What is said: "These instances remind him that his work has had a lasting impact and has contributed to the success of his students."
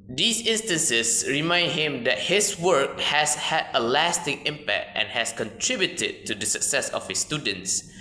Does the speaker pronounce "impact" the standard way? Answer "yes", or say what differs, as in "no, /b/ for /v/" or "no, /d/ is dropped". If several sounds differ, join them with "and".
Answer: yes